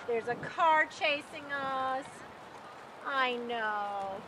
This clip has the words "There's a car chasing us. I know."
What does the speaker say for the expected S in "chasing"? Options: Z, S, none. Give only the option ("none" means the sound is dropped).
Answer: S